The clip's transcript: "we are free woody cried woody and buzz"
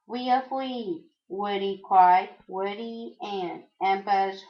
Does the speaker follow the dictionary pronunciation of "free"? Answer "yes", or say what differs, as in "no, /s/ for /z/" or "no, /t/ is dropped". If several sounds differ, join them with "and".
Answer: no, /ɹ/ is dropped